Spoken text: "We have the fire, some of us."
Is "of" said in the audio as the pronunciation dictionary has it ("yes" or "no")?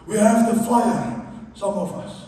yes